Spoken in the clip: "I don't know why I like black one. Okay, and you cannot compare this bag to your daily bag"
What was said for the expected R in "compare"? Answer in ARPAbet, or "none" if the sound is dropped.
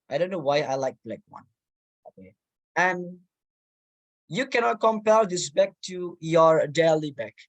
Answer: L